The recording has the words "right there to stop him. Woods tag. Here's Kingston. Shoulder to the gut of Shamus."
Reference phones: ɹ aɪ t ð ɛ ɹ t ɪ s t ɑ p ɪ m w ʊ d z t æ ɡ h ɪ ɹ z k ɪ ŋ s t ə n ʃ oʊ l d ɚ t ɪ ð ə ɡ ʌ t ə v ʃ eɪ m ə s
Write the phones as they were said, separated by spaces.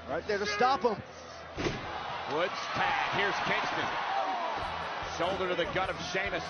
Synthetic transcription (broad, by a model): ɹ aɪ t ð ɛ ɹ t ɪ s t ɑ p ɪ m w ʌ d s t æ h ɪ ɹ z k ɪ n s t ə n s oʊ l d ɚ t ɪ ð ə ɡ ʌ t ə v ʃ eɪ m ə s